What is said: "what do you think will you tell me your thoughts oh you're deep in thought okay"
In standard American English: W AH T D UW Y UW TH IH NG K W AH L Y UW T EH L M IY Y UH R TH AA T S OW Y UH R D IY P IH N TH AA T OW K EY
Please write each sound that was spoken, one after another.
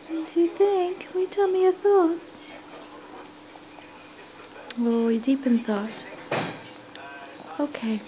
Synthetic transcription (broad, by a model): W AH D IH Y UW TH IH NG K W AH T EH L M IY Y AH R TH AA T S OW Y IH D IY P IH N TH AA T OW K EY